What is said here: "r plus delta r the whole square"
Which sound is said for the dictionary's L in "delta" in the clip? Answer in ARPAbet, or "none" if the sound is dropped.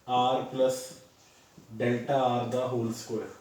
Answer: L